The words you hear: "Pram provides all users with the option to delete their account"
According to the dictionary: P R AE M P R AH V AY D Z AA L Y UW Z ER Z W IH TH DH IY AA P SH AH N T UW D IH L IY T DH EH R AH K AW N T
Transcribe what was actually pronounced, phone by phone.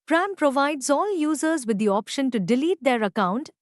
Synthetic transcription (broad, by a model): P R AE M P R AH V AY D Z AA L Y UW Z ER Z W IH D IY AA P SH AH N T UW D IH L IY T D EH R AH K AW N T